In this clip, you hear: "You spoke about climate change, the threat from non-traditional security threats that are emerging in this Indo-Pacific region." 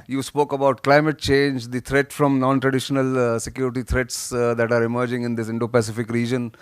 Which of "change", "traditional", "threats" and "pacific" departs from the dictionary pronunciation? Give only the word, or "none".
threats